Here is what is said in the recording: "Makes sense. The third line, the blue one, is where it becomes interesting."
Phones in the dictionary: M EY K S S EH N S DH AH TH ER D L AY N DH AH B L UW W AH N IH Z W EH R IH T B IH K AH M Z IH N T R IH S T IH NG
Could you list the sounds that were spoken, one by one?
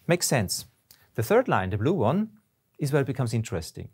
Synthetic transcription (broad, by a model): M EY K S S EH N S DH AH TH ER D L AY N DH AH B L UW W AH N IH Z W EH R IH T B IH K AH M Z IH N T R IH S T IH NG